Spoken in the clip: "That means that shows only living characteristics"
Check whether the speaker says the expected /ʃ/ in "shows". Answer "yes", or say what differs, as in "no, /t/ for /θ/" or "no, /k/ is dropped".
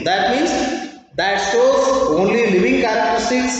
no, /s/ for /ʃ/